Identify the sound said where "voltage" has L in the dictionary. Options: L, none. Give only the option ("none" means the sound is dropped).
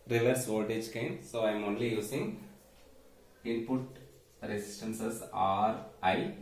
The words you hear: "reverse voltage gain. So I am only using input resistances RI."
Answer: none